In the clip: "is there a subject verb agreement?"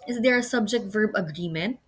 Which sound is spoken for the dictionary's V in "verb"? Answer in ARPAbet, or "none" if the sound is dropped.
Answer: V